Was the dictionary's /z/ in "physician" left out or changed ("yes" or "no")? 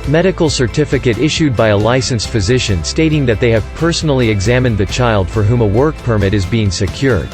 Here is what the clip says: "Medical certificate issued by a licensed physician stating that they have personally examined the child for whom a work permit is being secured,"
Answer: no